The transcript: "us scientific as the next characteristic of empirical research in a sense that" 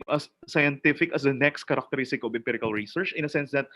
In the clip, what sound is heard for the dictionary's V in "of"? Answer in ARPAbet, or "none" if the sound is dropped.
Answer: B